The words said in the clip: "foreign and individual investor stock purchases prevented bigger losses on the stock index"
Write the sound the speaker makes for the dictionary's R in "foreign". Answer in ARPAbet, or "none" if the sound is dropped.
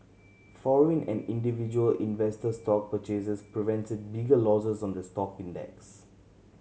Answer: L